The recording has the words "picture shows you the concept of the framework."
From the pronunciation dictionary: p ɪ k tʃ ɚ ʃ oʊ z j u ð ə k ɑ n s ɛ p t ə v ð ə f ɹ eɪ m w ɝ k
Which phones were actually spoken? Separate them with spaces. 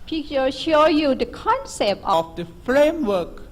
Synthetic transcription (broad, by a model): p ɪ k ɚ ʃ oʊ j u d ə k ɑ n s ɛ p t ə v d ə f ɹ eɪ m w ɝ k